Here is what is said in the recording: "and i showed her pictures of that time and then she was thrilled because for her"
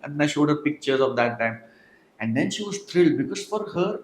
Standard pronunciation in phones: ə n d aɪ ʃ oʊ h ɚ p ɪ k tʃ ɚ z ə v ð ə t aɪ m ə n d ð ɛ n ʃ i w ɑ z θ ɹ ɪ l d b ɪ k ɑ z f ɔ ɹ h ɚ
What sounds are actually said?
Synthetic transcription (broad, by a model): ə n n aɪ ʃ oʊ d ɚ p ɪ k tʃ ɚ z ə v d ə t aɪ m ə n d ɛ n ʃ i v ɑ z t ɹ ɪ l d b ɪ k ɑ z f ɔ ɹ h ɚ